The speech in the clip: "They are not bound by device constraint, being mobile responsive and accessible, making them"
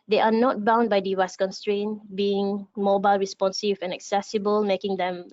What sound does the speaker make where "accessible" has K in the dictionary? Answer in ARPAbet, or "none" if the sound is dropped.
K